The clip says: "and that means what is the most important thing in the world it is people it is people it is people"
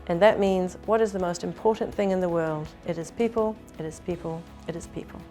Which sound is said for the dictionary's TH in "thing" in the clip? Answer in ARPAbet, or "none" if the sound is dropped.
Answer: TH